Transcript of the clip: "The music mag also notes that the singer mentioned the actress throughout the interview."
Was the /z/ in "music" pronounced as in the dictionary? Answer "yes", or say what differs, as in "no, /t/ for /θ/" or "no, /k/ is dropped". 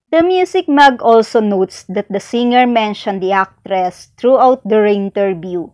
no, /s/ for /z/